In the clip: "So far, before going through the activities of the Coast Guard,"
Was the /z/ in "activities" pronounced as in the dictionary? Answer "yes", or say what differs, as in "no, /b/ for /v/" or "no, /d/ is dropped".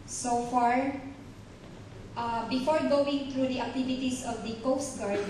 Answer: no, /s/ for /z/